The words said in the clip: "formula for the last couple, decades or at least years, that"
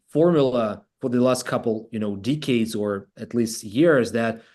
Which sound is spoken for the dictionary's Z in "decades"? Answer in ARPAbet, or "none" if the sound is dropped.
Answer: Z